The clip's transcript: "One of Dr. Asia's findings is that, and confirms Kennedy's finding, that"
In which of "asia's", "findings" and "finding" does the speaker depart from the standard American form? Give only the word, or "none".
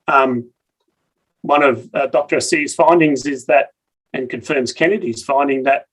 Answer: asia's